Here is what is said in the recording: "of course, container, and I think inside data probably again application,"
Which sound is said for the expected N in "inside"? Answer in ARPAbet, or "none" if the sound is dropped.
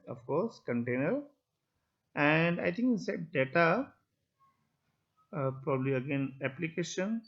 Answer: none